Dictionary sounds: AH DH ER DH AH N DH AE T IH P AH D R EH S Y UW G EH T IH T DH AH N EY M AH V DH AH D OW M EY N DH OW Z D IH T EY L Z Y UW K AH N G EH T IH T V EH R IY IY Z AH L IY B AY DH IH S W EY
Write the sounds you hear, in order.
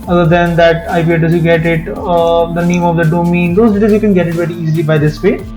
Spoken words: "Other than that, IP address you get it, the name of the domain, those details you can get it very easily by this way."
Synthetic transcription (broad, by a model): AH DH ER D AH N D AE T IH P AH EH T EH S Y UW G EH T IH T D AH N EY M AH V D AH D OW M EY N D OW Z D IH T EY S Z Y UW K AH N G EH T IH T V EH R IY IY Z AH L IY B AY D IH S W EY